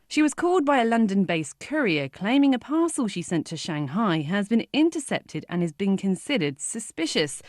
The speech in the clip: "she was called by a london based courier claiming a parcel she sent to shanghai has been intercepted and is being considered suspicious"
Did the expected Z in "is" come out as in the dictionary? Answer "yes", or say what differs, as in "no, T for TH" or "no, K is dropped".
yes